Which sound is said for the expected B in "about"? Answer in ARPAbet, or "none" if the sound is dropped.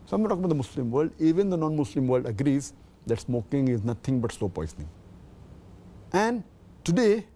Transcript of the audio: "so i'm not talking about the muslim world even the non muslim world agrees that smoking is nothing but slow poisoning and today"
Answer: none